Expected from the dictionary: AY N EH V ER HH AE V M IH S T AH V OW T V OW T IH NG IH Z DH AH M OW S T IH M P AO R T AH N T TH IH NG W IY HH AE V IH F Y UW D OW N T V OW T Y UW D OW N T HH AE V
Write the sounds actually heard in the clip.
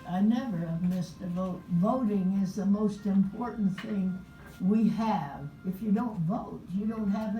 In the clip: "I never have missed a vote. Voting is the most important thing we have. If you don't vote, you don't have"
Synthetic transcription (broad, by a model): AY N EH V ER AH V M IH S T AH V OW T V OW T IH NG IH Z DH AH M OW S T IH M P AO R T N TH IH NG W IY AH V IH F Y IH D OW N T V OW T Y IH D OW N T HH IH V